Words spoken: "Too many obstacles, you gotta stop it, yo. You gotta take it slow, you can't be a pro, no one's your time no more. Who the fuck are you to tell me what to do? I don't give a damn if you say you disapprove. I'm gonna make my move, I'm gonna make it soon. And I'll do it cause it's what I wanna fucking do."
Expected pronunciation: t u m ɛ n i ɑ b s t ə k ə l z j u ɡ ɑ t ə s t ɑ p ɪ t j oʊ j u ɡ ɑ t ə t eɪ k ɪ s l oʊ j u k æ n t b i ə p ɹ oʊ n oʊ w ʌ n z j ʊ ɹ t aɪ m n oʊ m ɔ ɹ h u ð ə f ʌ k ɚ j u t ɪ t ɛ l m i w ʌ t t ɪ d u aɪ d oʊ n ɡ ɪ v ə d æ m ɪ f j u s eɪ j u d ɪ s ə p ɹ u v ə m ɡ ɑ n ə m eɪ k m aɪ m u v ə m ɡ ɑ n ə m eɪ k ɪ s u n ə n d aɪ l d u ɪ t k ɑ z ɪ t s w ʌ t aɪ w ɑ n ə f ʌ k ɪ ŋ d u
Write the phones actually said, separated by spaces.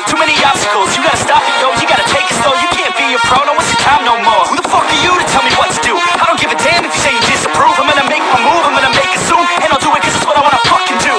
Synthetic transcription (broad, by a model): t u m ɛ n i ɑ s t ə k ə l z j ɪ ɡ ɑ t ə s t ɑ f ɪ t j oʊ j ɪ ɡ ɑ t ə t eɪ k ɪ s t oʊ j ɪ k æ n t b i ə f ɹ oʊ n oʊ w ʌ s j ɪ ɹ t aɪ m n oʊ m ɔ ɹ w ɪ ð ə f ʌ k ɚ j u t ɪ t ɛ l m i w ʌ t t ɪ d u aɪ d oʊ n ɡ ɪ v ə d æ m ɪ f j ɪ s eɪ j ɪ d ɪ s ə p ɹ u v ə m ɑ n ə m eɪ k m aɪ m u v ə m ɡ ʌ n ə m eɪ k ɪ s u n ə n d aɪ l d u ɪ t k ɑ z ɪ t s w ʌ t aɪ w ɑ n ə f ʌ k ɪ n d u